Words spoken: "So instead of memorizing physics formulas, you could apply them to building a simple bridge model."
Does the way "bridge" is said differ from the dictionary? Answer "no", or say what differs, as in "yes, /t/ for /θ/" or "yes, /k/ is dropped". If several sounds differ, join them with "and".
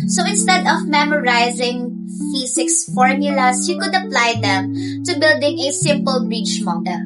yes, /tʃ/ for /dʒ/